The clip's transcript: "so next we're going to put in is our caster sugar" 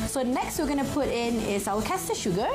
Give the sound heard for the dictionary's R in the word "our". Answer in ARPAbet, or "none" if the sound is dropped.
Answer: W